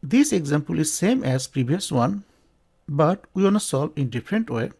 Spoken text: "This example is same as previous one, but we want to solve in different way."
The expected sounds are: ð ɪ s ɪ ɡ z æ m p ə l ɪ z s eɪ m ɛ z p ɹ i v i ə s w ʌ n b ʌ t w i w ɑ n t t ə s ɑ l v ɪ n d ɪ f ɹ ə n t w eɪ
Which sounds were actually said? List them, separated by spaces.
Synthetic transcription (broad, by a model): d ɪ s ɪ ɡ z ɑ m p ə l ɪ z s eɪ m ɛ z p ɹ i b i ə s w ʌ n b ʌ t w i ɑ n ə s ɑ l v ɪ n d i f ɹ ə n t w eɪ